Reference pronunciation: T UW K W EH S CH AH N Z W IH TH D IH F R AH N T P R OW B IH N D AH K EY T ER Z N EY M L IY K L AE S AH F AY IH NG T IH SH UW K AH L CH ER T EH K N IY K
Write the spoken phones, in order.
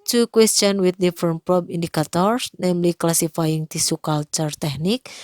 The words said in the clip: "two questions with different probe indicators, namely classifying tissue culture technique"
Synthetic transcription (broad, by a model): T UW K W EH S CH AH N W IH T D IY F R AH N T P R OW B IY N D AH K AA T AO S N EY M L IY K L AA S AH F AY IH NG T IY S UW K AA L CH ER T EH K N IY K